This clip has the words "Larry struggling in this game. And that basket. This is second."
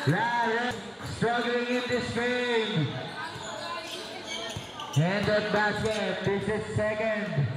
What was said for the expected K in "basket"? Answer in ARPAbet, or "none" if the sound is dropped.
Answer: none